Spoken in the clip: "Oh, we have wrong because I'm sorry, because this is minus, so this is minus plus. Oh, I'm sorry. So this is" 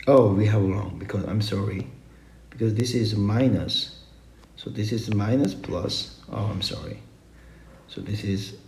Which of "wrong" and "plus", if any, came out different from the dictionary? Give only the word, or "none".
wrong